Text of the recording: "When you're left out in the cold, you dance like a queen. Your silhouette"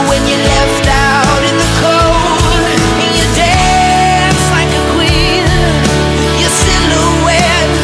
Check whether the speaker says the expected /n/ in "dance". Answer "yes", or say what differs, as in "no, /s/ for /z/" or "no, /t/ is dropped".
no, /n/ is dropped